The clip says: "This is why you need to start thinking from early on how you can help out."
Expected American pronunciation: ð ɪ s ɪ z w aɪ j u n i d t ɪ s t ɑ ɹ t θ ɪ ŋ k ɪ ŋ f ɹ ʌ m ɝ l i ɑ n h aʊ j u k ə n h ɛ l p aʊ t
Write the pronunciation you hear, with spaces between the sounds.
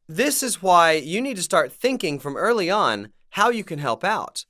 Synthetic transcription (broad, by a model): ð ɪ s ɪ z w aɪ j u n i d t ɪ s t ɑ ɹ t θ ɪ ŋ k ɪ ŋ f ɹ ʌ m ɝ l i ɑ n h aʊ j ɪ k ə n h ɛ l p aʊ t